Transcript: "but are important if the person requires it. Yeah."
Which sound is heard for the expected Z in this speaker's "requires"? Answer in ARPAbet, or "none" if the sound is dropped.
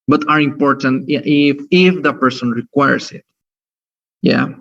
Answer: S